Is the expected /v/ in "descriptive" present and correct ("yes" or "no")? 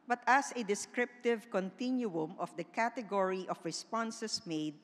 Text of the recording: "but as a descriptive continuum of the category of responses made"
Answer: yes